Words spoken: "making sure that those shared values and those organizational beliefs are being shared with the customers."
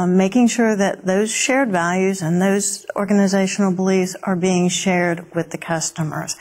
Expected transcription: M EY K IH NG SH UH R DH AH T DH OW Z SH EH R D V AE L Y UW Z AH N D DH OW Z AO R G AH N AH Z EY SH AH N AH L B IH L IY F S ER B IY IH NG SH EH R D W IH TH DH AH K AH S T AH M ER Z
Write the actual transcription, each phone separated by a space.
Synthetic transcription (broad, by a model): M EY K IH NG SH UH R DH AH T DH OW Z SH EH R D V AE L Y UW Z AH N DH OW Z AO R G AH N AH Z EY SH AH N L B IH L IY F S ER B IY IH NG SH EH R D W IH DH AH K AH S T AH M ER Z